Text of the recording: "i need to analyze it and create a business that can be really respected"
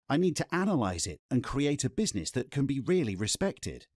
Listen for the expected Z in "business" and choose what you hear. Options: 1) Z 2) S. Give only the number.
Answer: 1